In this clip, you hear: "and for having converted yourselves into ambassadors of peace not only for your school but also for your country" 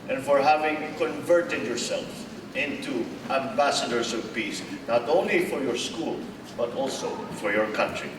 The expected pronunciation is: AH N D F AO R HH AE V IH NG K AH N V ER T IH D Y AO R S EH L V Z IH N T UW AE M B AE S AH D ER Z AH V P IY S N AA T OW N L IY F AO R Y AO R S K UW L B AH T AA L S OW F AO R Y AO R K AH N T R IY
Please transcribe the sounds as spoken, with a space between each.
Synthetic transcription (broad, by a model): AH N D F AO R HH AE V IH NG K AH N V ER T IH D Y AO R S EH L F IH N T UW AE M B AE S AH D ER S AH V P IY S N AA T OW N L IY F AO R Y AO R S K UW L B AH T AA L S OW F AO R Y AO R K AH N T R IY